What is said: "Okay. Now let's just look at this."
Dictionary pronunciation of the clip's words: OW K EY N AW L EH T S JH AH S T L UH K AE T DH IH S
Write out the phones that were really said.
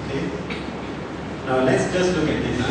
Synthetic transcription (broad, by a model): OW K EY N AW L EH T S JH AH S T L UH K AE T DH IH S